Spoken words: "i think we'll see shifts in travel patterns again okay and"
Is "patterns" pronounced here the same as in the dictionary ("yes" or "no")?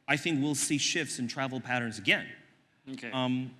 yes